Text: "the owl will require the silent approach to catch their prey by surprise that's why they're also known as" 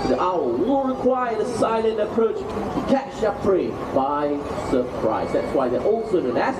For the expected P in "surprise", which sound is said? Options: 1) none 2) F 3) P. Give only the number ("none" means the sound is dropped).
3